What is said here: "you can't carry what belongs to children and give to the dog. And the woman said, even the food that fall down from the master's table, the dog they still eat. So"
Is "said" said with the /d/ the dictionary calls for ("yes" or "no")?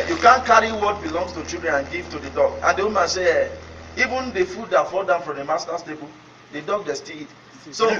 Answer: no